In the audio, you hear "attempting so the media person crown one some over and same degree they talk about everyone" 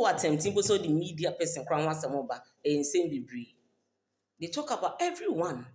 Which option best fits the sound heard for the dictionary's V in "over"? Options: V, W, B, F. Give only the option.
B